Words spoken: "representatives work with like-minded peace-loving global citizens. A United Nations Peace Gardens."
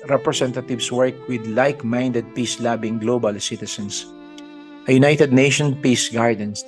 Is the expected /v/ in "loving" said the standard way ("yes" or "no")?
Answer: no